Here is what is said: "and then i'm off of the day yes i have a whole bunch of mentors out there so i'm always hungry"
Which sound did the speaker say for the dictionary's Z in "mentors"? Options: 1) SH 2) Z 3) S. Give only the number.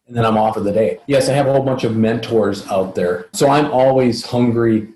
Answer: 2